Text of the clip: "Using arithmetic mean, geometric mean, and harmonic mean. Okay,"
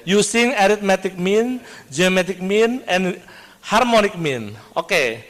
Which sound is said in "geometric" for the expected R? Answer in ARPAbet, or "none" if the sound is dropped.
none